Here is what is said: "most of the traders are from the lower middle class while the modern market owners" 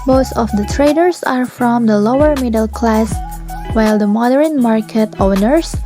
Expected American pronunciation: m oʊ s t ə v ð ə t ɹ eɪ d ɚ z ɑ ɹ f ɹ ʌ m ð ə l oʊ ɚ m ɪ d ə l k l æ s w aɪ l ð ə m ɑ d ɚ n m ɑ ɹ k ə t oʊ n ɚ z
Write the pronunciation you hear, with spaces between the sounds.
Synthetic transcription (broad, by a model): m oʊ s t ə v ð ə t ɹ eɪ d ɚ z ɑ ɹ f ɹ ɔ m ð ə l oʊ ɚ m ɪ d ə l k l æ s w aɪ l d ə m ɑ d ɚ n m ɑ ɹ k ə t oʊ n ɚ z